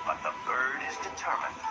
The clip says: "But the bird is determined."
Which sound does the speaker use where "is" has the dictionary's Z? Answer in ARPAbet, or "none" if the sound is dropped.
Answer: Z